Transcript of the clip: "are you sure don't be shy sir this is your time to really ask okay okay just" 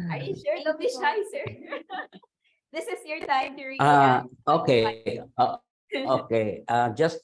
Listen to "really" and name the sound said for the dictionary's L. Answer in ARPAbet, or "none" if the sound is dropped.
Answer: none